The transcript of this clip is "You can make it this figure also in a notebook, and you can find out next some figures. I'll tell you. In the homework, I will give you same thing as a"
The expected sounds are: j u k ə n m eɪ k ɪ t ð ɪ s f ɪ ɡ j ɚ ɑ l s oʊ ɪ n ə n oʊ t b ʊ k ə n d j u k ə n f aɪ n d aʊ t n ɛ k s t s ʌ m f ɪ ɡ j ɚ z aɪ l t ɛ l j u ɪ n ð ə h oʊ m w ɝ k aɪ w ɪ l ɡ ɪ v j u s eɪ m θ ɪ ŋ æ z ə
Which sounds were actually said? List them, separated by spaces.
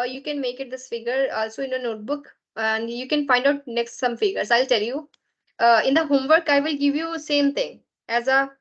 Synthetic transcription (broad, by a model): j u k ə n m eɪ k ɪ t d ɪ s f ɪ ɡ ɚ ɑ l s oʊ ɪ n ə n oʊ t b ʊ k ə n d j u k ə n f aɪ n d aʊ t n ɛ k s t s ʌ m f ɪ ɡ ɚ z aɪ l t ɛ l j u ɪ n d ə h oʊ m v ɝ k aɪ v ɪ l ɡ ɪ v j u s eɪ m t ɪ ŋ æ z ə